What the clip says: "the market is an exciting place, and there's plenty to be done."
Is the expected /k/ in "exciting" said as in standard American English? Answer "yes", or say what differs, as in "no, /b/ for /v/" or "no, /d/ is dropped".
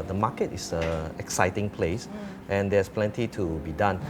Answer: yes